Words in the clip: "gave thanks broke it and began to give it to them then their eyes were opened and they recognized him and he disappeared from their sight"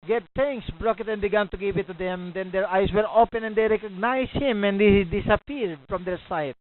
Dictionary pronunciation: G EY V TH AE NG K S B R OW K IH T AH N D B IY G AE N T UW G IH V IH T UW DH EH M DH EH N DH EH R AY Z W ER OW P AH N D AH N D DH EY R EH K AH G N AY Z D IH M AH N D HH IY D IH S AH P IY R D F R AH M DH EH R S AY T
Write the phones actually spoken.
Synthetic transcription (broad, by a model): G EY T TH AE NG K S B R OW K IH T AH N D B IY G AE N T UW G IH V IH T UW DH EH M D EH N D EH R AY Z W ER OW P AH N AH N D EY R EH K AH G N AY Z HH IH M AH N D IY D IH S AH P IY R D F R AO M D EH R S AY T